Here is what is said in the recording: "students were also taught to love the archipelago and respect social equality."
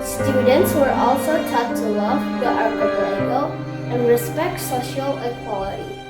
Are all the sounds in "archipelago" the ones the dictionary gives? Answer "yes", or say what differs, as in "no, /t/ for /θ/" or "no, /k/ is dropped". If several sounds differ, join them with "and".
no, /l/ is dropped